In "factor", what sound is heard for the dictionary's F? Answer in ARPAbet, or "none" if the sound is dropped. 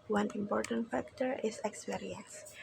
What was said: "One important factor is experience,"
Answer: F